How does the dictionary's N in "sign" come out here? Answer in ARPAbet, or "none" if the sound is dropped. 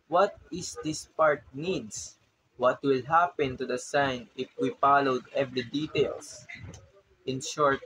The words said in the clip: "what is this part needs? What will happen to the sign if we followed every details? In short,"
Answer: N